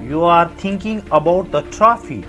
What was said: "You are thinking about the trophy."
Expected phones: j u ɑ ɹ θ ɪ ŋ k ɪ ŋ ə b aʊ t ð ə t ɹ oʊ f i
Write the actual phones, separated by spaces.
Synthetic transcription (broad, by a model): j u ɑ ɹ t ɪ ŋ k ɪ ŋ ə b aʊ t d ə t ɹ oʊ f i